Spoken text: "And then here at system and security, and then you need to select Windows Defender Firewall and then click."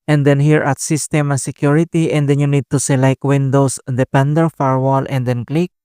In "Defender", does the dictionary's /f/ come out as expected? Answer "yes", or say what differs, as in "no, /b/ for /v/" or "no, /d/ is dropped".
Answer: no, /p/ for /f/